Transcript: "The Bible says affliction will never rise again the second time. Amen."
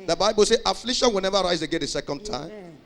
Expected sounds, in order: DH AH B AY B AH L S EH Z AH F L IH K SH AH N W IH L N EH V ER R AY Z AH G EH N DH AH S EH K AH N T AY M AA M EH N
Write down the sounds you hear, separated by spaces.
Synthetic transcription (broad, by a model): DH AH B AY B AH L S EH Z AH F L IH SH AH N W IH L N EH V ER R AY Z AH G EH N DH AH S EH K AH N T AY AA M